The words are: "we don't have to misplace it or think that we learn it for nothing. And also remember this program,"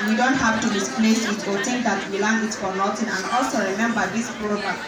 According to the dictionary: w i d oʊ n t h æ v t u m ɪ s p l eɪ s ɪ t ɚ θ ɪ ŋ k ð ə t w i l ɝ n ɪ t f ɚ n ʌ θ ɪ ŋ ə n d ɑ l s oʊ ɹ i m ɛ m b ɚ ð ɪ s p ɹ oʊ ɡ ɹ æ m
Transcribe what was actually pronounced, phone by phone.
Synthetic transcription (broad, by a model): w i d oʊ n t h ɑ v t u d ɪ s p l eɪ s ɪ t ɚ t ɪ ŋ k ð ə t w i l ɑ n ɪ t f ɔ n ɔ t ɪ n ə n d ɑ l s oʊ ɹ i m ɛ m b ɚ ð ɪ s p ɹ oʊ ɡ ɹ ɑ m